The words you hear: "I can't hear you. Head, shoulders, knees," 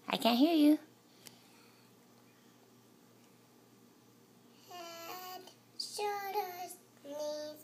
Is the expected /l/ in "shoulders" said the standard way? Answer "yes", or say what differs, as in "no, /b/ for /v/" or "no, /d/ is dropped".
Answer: no, /l/ is dropped